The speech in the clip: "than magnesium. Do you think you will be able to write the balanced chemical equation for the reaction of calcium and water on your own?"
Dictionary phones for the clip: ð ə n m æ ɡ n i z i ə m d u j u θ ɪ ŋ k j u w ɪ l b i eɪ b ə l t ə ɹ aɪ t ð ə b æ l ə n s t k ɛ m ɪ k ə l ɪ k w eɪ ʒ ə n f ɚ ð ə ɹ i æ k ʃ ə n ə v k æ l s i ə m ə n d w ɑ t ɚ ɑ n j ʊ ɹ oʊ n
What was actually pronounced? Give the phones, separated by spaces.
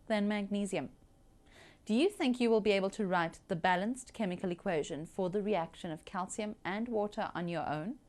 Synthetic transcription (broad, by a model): ð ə n m æ ɡ n i z i ə m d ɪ j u θ ɪ ŋ k j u w ɪ l b i eɪ b ə l t ə ɹ aɪ t ð ə b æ l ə n s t k ɛ m ɪ k ə l ɪ k w eɪ ʒ ə n f ɚ ð ə ɹ i æ k ʃ ə n ə v k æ l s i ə m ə n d w ɑ t ɚ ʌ n j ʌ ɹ oʊ n